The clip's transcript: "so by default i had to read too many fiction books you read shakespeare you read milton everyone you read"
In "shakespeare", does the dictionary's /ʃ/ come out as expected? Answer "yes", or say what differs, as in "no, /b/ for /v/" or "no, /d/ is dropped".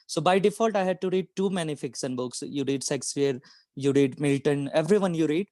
no, /s/ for /ʃ/